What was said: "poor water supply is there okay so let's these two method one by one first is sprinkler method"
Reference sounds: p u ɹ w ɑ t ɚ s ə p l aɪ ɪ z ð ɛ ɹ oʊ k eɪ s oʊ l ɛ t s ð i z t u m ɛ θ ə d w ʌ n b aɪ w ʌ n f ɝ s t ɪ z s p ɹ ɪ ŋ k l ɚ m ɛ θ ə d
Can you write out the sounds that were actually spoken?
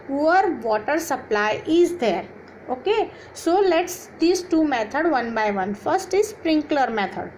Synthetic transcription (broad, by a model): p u ɹ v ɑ t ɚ s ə p l aɪ ɪ z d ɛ ɹ oʊ k eɪ s oʊ l ɛ t s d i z t u m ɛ t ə d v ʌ n b aɪ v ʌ n f ɝ s t ɪ z s p ɹ ɪ ŋ k l ɚ m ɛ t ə d